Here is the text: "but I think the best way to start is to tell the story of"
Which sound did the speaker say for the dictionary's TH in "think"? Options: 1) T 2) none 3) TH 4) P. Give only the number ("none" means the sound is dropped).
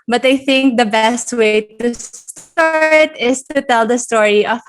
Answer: 3